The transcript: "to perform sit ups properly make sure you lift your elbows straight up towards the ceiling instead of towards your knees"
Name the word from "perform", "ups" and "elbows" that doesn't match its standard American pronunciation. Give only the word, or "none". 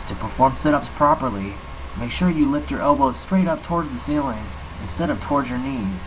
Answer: none